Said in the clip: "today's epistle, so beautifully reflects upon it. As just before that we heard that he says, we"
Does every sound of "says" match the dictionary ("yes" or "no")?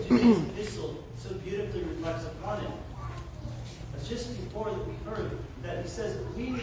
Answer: yes